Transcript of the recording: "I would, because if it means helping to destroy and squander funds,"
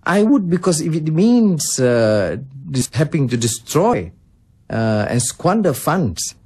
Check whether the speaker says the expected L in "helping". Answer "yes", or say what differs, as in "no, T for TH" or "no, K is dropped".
no, L is dropped